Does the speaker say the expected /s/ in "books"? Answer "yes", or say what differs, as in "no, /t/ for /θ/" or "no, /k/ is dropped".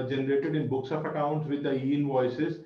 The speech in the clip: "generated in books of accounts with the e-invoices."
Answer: yes